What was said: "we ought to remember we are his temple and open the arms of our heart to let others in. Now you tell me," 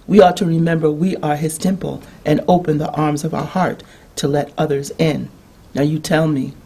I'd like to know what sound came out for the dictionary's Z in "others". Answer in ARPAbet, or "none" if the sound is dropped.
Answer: Z